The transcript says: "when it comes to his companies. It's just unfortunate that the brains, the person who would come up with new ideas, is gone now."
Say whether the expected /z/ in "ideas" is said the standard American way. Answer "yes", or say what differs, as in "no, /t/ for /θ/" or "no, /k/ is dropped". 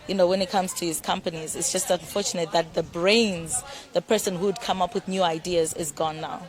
yes